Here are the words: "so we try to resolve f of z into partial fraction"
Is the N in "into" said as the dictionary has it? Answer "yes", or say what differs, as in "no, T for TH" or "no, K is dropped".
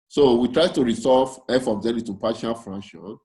no, N is dropped